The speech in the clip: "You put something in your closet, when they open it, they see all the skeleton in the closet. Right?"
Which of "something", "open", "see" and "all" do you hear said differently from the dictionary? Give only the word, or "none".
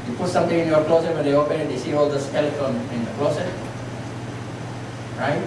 something